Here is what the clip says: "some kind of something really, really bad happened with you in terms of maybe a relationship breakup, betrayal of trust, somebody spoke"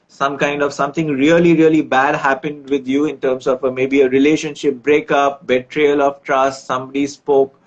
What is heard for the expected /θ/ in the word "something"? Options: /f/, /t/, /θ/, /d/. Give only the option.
/t/